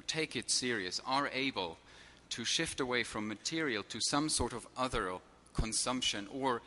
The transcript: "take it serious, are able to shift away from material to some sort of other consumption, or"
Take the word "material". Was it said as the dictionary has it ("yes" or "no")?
yes